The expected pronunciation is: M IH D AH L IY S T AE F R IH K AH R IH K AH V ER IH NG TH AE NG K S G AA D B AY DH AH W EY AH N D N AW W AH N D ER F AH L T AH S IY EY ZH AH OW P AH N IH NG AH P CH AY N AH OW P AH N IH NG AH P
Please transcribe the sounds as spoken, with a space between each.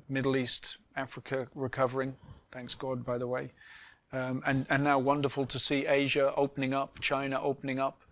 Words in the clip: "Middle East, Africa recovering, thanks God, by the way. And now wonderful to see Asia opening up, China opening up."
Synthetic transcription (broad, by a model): M IH D L IY S T AE F R IH K AH R IH K AH V ER IH NG TH AE NG K S G AA D B AY DH AH W EY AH N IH N AW W AH N D ER F AH L T AH S IY EY ZH AH OW P AH N IH NG AH P CH AY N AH OW P AH N IH NG AH P